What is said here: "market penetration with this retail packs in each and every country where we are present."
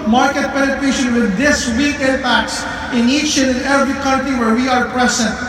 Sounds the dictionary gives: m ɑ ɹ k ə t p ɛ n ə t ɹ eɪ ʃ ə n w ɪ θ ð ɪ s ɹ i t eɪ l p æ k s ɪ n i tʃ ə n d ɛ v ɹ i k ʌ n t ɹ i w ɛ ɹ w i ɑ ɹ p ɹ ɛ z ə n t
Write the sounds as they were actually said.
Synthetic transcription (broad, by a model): m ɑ ɹ k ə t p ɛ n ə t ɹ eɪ ʃ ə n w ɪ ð ɪ s w i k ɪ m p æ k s ɪ n i tʃ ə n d ɛ v ɹ i k ʌ n t ɹ i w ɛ ɹ w i ɑ ɹ p ɹ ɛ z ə n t